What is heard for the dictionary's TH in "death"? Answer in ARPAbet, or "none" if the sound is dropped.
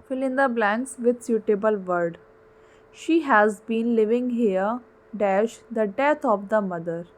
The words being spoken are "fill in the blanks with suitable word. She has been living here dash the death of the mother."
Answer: T